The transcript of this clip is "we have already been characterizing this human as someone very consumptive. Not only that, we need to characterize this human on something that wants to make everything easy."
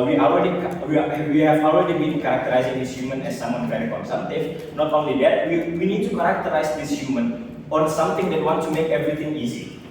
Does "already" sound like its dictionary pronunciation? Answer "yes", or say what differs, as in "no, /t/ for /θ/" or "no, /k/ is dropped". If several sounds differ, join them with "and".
no, /l/ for /ɹ/